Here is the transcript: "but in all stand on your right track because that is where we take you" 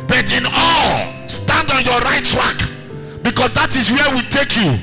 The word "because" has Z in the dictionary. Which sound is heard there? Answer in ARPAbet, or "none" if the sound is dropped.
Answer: S